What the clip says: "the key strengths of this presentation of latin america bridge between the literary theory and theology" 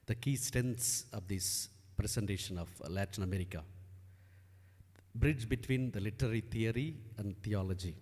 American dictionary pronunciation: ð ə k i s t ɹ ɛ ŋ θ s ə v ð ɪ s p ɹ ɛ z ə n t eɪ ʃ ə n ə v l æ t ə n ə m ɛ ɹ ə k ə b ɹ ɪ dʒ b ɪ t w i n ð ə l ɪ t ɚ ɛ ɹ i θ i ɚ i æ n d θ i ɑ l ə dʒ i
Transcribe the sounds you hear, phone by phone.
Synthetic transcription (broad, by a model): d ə k i s t ɛ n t s ə v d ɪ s p ɹ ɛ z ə n t eɪ ʃ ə n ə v l æ t ə n ə m ɛ ɹ ə k ə b ɹ ɪ dʒ b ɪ t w i n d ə l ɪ t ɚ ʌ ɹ i t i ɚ i æ n d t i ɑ l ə dʒ i